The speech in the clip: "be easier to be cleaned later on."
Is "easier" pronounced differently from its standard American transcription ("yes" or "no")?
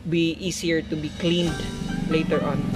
yes